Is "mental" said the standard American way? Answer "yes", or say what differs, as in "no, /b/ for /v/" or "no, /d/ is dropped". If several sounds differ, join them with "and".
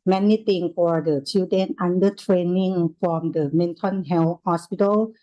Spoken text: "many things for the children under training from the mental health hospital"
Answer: no, /n/ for /l/